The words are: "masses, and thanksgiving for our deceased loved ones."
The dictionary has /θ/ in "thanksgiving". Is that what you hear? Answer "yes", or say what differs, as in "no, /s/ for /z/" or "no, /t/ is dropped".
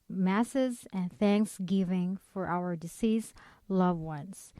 yes